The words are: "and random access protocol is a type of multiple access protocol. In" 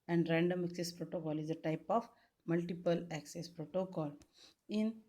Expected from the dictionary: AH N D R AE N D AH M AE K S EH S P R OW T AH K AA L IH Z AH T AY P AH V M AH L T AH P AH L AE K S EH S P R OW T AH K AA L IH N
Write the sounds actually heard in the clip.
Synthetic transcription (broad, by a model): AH N D R AE N D AH M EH K S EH S P R OW T AH K AA L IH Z AH T AY P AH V M AH L T AH P AH L AE K S EH S P R OW T AH K AA L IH N